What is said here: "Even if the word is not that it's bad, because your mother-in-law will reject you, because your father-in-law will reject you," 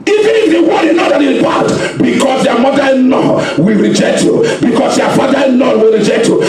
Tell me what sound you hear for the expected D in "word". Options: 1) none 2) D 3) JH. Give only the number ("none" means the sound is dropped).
1